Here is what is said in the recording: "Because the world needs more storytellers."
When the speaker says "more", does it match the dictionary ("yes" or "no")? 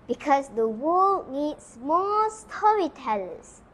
no